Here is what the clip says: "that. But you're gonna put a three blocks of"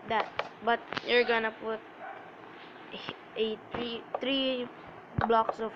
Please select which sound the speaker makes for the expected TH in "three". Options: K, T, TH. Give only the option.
T